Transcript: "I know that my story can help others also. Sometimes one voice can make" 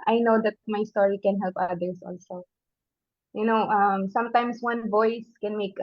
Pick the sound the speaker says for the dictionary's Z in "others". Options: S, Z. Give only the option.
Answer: S